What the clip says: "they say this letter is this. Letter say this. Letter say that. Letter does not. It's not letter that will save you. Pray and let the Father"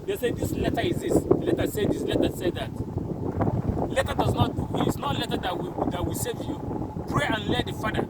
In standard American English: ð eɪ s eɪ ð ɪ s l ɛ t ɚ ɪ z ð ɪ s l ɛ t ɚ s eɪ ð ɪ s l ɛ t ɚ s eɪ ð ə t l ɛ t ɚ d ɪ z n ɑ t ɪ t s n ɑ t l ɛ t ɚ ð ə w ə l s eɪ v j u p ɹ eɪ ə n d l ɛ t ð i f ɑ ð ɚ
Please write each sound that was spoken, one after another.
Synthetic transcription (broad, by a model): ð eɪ s eɪ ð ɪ s l ɛ t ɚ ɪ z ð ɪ s l ɛ t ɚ s eɪ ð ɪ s l ɛ t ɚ s eɪ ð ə t l ɛ t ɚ d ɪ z n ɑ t ɪ t s n ɑ t l ɛ t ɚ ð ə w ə w s eɪ v j u p ɹ eɪ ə n l ɛ t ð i f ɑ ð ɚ